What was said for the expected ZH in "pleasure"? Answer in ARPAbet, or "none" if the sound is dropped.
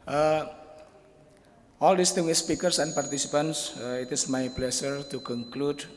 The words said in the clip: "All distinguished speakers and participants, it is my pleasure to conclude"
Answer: SH